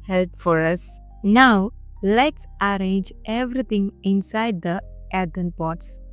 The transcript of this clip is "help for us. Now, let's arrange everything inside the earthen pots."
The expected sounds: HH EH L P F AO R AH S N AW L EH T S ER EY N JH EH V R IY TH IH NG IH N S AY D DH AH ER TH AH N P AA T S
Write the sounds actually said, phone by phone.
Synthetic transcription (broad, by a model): HH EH L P F AO R AH S N AW L EH T S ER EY N JH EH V R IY T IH NG IH N S AY D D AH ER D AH N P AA T S